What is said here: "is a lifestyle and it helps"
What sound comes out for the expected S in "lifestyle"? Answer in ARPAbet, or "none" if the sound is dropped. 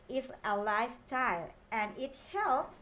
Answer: none